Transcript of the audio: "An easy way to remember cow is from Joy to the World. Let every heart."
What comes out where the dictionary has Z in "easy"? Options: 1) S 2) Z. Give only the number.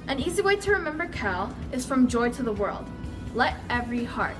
2